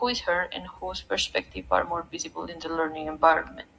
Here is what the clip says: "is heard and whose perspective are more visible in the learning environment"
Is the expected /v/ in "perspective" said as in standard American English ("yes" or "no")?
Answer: no